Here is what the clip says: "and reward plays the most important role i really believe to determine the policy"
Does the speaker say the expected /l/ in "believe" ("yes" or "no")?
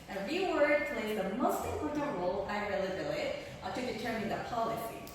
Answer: no